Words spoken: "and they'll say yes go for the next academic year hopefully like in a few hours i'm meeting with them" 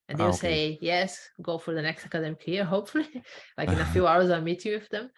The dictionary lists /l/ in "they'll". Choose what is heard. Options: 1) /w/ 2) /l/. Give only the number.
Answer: 1